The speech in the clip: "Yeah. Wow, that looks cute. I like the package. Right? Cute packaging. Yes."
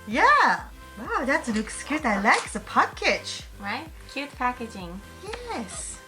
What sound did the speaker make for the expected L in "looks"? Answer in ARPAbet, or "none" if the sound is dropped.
N